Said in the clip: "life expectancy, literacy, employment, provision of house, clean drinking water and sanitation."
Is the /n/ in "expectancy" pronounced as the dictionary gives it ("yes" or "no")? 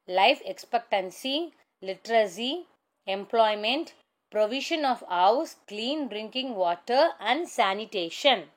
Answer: yes